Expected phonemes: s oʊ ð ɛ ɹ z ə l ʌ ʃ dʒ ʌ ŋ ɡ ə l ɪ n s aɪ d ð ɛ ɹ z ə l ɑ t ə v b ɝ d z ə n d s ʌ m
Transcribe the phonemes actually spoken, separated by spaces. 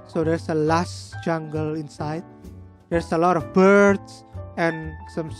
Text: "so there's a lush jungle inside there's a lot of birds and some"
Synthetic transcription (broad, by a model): s oʊ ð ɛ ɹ s ə l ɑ s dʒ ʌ ŋ ɡ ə l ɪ n s aɪ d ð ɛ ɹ s ə l ɑ t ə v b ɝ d s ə n s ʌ m